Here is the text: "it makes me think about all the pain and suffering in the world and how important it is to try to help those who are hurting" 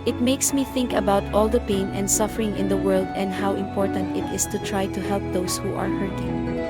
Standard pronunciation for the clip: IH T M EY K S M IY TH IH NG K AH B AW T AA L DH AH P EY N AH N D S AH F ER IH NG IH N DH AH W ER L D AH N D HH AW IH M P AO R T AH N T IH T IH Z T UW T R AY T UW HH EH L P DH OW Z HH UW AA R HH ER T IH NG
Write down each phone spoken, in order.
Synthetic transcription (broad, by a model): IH T M EY K S M IY TH IH NG K AH B AW T AA L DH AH P EY N AH N D S AH F ER IH NG IH N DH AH W ER L D AH N D HH AW IH M P AO R T AH N T IH T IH S T UW T R AY T UW HH EH L P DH OW S HH UW AA R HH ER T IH